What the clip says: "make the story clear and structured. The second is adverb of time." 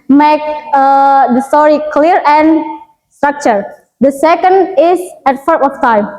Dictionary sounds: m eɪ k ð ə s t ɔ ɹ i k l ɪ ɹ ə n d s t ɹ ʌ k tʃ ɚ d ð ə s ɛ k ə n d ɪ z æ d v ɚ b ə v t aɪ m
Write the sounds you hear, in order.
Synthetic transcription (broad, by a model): m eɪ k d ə s t ɔ ɹ i k l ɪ ɹ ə n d s t ɹ ʌ k tʃ ɚ d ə s ɛ k ə n d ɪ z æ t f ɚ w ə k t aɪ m